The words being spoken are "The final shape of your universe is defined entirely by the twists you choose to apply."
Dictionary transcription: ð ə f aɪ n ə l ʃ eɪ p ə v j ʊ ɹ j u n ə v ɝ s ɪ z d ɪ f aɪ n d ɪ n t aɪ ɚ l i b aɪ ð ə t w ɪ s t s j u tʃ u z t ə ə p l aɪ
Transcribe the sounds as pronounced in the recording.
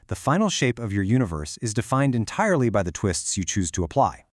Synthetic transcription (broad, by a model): ð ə f aɪ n l ʃ eɪ p ə v j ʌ ɹ j u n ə v ɝ s ɪ z d ɪ f aɪ n d ɪ n t aɪ ɚ l i b aɪ ð ə t w ɪ s t s j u tʃ u z t ə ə p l aɪ